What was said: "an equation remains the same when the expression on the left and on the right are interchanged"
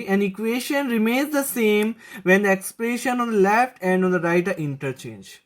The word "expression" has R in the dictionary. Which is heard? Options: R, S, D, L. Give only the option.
L